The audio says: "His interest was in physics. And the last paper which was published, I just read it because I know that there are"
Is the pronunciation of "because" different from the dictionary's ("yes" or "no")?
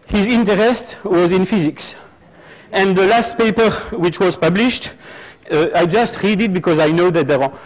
no